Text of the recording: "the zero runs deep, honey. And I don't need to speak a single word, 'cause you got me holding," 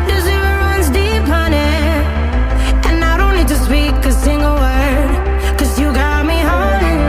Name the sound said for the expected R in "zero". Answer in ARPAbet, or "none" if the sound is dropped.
none